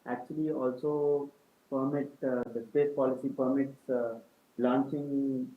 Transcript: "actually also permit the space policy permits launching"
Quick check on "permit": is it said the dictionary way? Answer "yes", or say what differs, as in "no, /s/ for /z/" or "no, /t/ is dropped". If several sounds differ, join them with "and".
yes